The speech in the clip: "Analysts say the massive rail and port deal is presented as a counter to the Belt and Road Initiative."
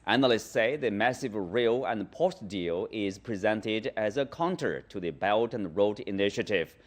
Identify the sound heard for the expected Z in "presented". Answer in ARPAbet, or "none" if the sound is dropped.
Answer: Z